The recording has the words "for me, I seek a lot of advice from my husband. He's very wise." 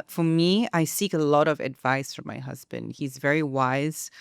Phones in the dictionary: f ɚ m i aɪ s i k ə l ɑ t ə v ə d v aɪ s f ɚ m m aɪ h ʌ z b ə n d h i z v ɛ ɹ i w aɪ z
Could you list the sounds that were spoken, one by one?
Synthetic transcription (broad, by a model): f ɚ m i aɪ s i k ə l ɑ t ə v ə d v aɪ s f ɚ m m aɪ h ʌ z b ə n d h i z v ɛ ɹ i w aɪ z